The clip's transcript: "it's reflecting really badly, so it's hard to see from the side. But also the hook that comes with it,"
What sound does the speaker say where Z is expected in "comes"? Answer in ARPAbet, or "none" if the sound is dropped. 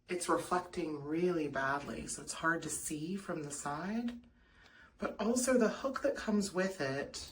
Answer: Z